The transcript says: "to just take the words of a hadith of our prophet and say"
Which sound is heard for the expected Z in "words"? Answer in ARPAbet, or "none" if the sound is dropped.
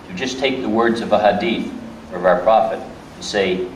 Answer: Z